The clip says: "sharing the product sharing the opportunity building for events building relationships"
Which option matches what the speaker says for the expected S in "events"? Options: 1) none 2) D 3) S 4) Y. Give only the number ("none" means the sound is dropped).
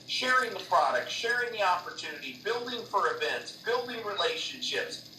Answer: 3